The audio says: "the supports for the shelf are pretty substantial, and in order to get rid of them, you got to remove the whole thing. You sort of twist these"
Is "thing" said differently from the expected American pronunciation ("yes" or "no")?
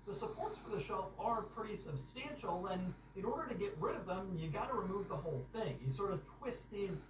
no